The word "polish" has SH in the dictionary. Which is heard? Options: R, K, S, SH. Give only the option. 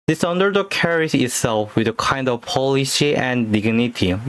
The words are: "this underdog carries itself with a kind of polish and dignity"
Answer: S